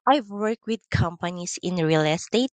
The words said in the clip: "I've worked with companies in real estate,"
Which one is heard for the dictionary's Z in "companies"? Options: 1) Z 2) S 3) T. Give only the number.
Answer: 2